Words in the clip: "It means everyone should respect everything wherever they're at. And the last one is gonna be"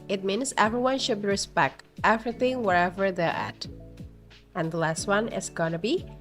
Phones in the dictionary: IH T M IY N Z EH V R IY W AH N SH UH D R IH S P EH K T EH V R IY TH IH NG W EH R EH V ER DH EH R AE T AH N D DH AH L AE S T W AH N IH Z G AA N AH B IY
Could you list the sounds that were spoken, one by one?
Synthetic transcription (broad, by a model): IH T M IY N S EH V R IY W AH N SH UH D R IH S P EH K T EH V R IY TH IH NG W EH R EH V ER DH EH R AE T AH N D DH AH L AE S T W AH N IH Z G AA N AH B IY